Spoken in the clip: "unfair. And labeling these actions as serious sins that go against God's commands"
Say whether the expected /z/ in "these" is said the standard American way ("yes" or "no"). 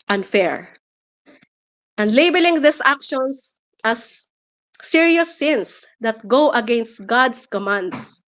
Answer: no